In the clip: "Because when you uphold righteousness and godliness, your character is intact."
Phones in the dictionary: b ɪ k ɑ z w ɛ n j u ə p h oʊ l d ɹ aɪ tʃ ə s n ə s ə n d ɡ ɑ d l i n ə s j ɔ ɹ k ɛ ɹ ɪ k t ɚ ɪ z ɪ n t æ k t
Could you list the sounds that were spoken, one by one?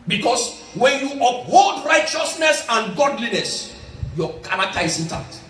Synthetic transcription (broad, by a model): b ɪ k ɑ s w ɛ n j u ə p h oʊ l d ɹ aɪ tʃ ə s n ə s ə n ɡ ɑ d l i n ə s j ɔ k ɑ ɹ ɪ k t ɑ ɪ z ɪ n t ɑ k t